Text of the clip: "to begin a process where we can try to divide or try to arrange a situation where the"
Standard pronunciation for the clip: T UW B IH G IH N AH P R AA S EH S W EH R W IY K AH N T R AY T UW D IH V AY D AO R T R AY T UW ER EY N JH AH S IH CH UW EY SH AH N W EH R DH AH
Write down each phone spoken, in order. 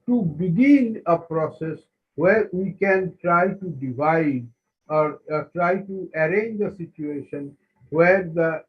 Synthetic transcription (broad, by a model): T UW B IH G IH N AH P R AA S EH S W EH R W IY K AH N T R AY T UW D IH V AY D AO R T R AY T UW ER EY N JH AH S IH CH UW EY SH AH N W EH R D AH